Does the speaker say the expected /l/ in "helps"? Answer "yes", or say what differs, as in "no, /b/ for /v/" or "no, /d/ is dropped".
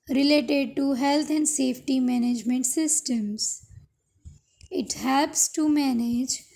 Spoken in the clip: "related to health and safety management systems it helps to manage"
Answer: no, /l/ is dropped